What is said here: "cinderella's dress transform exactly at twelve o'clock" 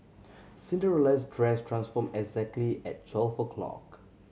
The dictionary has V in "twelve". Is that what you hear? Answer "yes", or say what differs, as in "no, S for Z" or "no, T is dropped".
no, F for V